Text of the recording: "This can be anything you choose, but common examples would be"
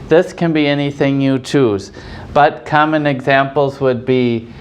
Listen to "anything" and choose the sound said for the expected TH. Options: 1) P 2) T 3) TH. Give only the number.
3